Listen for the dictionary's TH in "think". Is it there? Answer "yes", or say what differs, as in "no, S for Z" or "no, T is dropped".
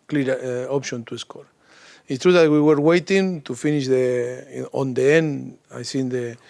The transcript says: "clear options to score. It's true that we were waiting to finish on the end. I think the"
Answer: no, S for TH